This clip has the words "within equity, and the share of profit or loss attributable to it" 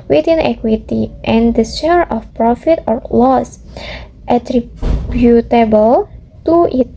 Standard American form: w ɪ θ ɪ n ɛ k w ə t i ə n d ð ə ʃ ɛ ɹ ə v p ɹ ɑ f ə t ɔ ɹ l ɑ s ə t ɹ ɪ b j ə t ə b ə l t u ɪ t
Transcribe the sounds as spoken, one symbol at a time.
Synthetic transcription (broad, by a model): w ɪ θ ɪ n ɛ k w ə t i ə n d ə s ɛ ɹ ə f p ɹ ɑ f ə t ɔ ɹ l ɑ s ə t ɹ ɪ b j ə t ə b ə l t u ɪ t